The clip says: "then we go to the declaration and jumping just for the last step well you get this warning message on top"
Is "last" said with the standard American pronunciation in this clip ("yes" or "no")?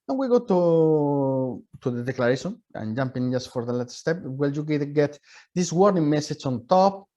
no